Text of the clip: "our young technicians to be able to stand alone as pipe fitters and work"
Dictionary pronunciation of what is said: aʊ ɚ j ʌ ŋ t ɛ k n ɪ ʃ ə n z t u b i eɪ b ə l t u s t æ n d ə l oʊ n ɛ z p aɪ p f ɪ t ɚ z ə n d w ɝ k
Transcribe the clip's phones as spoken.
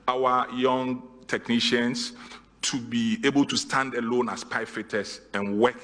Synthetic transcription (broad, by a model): aʊ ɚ j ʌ ŋ t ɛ k n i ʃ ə n s t u b i eɪ b ə l t u s t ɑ n d ə l oʊ n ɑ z p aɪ f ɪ t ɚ s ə n w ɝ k